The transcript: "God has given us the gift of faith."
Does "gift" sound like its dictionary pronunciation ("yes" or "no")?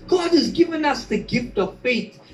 yes